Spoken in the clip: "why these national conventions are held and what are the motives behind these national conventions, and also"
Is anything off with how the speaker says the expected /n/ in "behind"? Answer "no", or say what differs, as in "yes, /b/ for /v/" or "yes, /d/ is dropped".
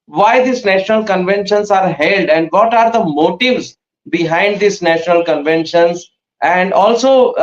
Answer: no